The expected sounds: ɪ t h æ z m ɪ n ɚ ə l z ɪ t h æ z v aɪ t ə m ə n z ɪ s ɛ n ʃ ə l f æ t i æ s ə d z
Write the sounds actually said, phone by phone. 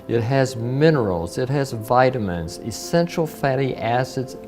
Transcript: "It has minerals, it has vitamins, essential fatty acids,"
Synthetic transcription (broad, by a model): ɪ t h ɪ z m ɪ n ɚ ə l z ɪ t h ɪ z v aɪ t ə m ə n z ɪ s ɛ n ʃ l f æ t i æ s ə d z